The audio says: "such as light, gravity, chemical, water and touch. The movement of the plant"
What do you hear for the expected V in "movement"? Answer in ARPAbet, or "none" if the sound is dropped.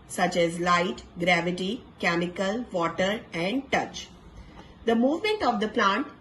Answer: V